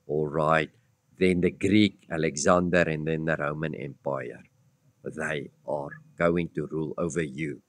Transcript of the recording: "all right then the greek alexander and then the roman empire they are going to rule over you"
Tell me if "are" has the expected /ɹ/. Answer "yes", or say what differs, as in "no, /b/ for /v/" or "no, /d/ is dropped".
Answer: yes